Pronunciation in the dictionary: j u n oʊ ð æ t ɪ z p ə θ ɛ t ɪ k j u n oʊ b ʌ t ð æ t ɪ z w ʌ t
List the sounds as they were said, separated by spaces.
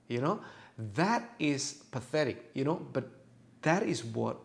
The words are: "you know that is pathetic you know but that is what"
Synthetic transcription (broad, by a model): j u n oʊ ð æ t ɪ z p ə θ ɛ t ɪ k j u n oʊ b ʌ t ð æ t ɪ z w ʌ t